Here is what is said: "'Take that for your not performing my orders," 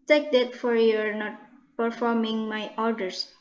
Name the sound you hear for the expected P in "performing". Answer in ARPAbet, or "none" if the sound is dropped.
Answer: P